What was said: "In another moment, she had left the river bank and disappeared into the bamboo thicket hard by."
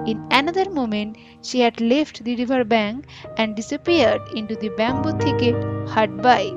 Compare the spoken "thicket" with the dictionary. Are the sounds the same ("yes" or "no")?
no